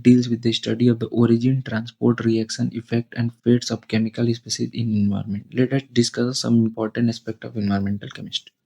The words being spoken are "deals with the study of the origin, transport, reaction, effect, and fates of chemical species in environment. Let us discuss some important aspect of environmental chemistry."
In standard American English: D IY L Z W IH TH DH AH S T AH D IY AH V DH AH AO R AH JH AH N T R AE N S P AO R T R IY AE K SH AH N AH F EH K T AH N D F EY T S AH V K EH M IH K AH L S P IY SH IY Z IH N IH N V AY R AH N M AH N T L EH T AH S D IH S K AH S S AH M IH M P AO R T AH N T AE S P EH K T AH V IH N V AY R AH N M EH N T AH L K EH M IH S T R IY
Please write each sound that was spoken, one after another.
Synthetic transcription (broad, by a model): D IY L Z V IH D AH S T AH D IY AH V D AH AO R AH JH AH N T R AE N S P AO R T R IY AE K SH AH N AH F EH K T AH N D F EY T S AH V K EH M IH K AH L S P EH S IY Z IH N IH N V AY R M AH N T L EH T AH S D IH S K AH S S AH M IH M P AO R T AH N T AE S P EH K T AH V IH N V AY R M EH N T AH L K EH M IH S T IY